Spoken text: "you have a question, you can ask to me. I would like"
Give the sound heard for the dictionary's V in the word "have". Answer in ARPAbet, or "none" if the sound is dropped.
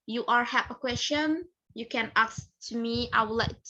P